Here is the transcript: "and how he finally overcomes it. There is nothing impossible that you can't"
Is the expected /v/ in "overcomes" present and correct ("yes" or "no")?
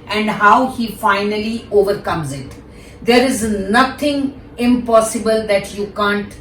yes